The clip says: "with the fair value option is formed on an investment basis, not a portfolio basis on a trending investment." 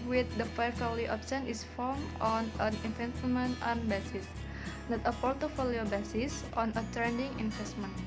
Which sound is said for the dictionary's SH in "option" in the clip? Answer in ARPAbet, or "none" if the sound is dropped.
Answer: S